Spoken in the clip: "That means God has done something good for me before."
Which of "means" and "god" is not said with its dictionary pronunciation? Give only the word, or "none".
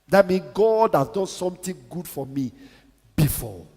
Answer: means